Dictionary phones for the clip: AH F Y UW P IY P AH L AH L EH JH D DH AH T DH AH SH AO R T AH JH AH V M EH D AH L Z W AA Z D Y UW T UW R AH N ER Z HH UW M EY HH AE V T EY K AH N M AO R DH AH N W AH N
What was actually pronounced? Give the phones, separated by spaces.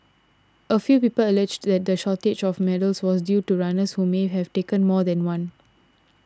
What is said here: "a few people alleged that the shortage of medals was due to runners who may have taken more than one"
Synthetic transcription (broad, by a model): AH F Y UW P IY P AH L AH L EH JH D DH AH T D AH SH AO T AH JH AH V M EH D AH L S W AA S D Y UW T UW R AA N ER S HH UW M EY HH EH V T EY K AH N M AO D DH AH N W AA N